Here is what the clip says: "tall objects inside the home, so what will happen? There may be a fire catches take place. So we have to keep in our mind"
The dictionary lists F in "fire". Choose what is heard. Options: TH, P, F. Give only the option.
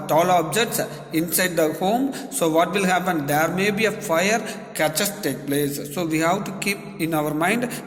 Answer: F